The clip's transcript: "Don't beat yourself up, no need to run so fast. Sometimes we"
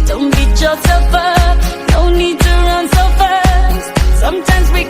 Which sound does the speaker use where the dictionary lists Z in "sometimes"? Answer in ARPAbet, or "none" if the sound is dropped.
Z